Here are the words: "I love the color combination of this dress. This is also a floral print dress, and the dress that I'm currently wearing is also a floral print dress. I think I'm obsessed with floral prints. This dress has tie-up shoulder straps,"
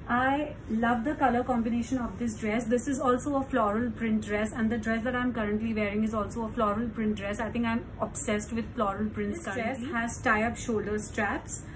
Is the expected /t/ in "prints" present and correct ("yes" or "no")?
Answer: no